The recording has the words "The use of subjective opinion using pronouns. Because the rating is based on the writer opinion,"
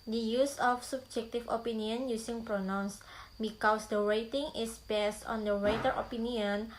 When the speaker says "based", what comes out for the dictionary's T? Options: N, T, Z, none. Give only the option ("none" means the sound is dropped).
T